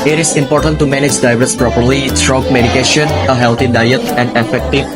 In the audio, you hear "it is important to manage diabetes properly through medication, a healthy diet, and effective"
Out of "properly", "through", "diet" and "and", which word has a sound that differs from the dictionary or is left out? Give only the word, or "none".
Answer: through